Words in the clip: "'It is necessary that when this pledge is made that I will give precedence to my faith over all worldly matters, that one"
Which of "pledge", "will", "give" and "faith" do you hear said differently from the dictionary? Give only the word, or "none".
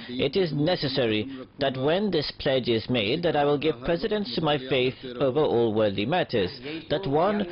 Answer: none